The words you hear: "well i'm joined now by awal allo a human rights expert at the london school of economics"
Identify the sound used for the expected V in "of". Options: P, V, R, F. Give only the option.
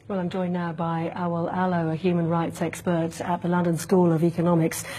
V